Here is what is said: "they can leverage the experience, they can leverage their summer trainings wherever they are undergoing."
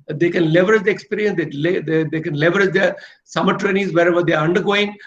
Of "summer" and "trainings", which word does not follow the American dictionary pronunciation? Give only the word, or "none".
trainings